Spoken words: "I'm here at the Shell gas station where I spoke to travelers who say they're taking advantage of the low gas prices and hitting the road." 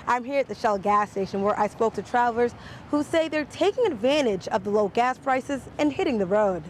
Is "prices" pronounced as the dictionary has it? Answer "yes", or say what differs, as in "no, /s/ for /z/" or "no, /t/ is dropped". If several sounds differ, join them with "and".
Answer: yes